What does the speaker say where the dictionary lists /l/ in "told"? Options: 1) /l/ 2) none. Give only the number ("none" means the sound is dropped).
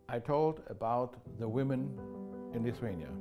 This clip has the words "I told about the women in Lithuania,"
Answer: 1